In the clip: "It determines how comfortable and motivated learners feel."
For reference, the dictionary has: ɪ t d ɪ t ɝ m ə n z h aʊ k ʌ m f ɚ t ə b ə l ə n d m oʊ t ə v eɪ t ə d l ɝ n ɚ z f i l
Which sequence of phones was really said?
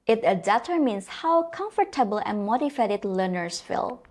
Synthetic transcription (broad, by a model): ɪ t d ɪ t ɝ m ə n s h aʊ k ʌ m f ɚ t ə b ə l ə n m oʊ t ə f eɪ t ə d l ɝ n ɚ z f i l